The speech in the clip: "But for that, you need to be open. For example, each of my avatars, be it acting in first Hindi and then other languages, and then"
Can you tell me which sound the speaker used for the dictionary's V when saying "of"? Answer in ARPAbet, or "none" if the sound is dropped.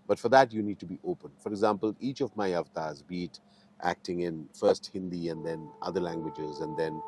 V